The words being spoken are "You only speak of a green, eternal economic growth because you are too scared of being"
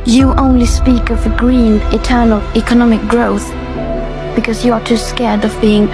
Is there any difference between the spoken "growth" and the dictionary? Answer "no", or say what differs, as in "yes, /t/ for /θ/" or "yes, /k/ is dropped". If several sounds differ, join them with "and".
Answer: no